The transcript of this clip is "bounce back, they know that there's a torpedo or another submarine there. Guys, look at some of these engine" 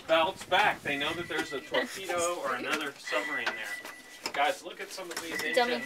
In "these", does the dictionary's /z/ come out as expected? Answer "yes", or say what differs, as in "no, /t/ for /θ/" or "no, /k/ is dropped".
no, /z/ is dropped